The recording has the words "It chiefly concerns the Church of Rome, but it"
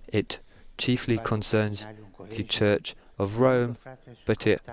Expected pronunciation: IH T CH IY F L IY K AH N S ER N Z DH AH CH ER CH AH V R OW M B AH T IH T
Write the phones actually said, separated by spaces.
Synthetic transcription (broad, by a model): IH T CH IY F L IY K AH N S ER N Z DH AH CH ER CH AH V R OW M B AH T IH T